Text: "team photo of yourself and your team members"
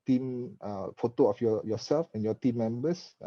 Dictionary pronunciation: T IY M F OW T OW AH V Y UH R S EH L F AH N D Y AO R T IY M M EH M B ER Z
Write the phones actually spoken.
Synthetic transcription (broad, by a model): T IY M F OW T OW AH F Y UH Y S EH L F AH N Y AO T IY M M EH M B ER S